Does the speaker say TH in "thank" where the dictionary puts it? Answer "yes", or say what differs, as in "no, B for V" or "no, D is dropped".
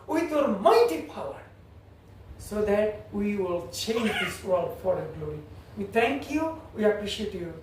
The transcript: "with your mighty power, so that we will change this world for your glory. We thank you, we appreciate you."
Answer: no, T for TH